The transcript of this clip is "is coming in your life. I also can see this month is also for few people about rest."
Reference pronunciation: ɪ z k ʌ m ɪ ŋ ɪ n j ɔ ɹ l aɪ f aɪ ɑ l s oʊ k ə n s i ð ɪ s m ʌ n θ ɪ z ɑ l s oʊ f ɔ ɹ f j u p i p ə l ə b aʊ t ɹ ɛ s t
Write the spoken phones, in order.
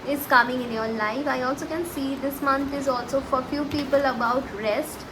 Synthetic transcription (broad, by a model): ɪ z k ʌ m ɪ ŋ ɪ n j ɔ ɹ l aɪ f aɪ ɑ l s oʊ k ə n s i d ɪ s m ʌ n t ɪ z ɑ l s oʊ f ɔ ɹ f j u p i p ə l ə b aʊ t ɹ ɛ s t